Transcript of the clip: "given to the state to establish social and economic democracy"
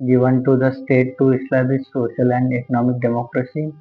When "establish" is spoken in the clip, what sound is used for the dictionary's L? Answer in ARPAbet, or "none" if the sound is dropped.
none